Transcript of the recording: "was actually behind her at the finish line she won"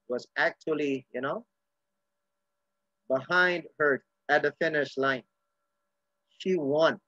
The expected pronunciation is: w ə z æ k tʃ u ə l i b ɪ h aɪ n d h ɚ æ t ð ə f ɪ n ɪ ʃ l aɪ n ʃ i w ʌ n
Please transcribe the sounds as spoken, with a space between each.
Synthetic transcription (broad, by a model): w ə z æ k tʃ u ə n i b ɪ h aɪ n d h ɚ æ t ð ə f ɪ n ɪ ʃ l aɪ n ʃ i w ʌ n